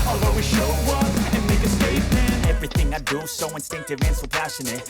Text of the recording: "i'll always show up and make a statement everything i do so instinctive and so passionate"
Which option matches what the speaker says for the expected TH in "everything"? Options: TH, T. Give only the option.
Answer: TH